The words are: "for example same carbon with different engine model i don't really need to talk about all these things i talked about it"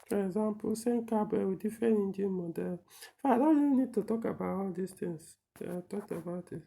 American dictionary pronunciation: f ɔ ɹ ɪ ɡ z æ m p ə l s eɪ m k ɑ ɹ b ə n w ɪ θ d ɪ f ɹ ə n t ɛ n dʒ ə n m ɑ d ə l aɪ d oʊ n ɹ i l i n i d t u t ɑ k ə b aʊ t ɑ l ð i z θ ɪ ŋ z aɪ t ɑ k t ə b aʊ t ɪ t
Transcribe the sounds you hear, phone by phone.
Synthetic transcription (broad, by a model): f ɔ ɹ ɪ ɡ z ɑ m p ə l s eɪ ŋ k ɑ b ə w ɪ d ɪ f ə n i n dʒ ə m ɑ d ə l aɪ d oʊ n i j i n i d t u t ɑ k ə b aʊ t ɑ l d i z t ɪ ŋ s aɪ t ɑ k t ə b aʊ t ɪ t